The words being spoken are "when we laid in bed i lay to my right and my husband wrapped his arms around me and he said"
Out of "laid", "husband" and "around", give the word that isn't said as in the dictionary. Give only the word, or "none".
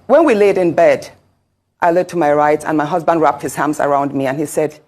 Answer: none